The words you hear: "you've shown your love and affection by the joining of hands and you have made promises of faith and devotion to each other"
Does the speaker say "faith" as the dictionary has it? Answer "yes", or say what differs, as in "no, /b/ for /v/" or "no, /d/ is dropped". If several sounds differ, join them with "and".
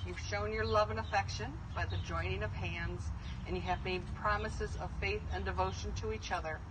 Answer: yes